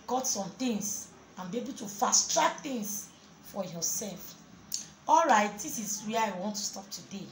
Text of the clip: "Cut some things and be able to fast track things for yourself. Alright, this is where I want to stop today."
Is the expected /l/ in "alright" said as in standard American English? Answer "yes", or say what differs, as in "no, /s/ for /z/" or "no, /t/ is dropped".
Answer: yes